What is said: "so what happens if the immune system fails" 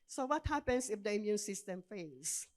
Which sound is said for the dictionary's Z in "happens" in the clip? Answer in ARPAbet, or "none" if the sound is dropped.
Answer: S